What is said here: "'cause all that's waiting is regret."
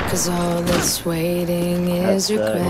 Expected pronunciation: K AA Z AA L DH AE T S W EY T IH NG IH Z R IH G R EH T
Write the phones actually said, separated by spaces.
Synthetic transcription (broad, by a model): K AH Z AA L DH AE T S W EY T IH NG IH Z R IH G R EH